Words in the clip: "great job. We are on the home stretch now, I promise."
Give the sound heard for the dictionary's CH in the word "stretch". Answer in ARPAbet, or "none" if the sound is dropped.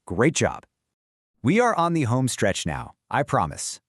CH